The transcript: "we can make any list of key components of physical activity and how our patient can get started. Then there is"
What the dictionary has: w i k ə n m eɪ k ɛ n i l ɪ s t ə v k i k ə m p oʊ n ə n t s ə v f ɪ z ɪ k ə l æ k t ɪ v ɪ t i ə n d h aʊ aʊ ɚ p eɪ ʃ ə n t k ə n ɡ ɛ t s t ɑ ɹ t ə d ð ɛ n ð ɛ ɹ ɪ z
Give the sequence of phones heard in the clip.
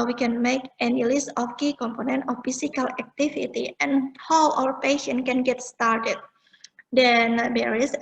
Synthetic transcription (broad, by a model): w i k ə n m eɪ k ɛ n i l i s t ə f k i k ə m p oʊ n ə n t ə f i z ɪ k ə l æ k t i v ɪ t i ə n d h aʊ aʊ ɚ p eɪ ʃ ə n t k ə n ɡ ɛ t s t ɑ ɹ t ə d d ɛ n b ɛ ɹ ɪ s